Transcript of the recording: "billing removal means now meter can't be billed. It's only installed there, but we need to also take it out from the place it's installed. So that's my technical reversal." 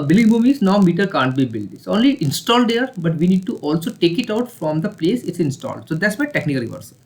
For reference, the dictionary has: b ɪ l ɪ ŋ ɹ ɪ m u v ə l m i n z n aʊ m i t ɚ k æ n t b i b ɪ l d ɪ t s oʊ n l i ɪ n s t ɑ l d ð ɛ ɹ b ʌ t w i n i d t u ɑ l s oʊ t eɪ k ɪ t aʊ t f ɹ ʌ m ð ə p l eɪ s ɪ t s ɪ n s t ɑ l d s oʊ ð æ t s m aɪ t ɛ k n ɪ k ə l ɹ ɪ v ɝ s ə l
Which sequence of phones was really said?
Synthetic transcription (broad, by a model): b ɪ l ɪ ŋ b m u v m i z n aʊ m i t ɚ k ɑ n t b i b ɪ l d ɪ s oʊ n l i ɪ n s t ɑ l d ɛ ɹ b ʌ t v i n i d t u ɑ l s oʊ t eɪ k ɪ t aʊ t f ɹ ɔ m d ə p l eɪ s ɪ t s ɪ n s t ɑ l d s oʊ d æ t s m aɪ t ɛ k n ɪ k ə l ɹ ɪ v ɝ s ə